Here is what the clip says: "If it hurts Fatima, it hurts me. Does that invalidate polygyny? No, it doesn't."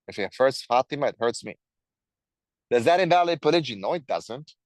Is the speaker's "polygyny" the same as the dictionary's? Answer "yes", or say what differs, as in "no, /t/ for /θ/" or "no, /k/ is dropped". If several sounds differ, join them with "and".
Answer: yes